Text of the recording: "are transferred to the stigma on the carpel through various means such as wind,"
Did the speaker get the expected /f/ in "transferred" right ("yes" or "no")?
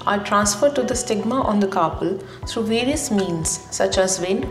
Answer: yes